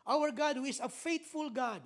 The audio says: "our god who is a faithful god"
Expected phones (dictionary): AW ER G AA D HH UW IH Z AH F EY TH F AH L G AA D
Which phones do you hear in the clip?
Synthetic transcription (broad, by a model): AW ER G AA D HH UW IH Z AH F EY T F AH L G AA D